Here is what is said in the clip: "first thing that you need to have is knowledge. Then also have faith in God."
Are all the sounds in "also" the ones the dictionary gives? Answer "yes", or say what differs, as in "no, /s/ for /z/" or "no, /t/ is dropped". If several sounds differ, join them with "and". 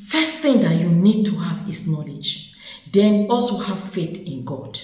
yes